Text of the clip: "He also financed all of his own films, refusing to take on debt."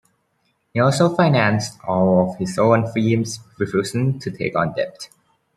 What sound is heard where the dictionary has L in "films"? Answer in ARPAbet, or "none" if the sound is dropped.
none